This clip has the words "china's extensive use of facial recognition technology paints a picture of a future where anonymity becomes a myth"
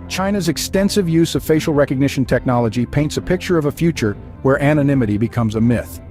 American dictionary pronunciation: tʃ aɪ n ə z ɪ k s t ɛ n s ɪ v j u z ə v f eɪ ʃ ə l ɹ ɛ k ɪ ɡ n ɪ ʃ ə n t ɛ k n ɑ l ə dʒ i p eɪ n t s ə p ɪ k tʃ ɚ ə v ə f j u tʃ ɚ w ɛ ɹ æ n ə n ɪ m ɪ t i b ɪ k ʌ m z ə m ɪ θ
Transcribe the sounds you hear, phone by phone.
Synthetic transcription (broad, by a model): tʃ aɪ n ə z ɪ k s t ɛ n s ɪ v j u z ə v f eɪ ʃ l ɹ ɛ k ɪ ɡ n ɪ ʃ n t ɛ k n ɑ l ə dʒ i p eɪ n t s ə p ɪ k tʃ ɚ ə v ə f j u tʃ ɚ w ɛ ɹ æ n ə n ɪ m ɪ t i b ɪ k ʌ m z ə m ɪ θ